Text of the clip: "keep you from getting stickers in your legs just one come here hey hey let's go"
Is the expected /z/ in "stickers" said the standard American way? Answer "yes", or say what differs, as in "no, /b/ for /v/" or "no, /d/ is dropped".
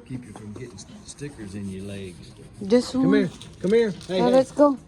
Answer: yes